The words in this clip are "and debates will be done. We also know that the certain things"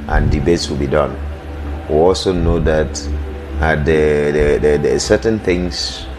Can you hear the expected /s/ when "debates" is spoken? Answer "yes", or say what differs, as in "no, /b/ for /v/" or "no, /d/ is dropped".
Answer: yes